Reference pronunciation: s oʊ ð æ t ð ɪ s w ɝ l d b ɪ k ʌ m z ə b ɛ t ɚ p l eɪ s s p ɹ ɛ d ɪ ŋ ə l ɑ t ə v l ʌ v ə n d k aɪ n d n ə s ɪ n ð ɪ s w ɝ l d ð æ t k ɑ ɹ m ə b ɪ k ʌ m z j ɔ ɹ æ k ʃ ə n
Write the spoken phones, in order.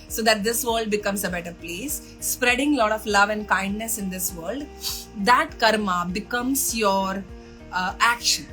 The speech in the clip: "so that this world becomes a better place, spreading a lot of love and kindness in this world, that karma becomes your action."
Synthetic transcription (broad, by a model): s oʊ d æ t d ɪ s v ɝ l d b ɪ k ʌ m s ə b ɛ t ɚ p l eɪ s s p ɹ ɛ d ɪ ŋ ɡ l ɑ t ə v l ʌ v ə n d k aɪ n d n ə s ɪ n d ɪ s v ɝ l d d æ t k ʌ ɹ m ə b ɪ k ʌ m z j ɔ ɹ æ k ʃ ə n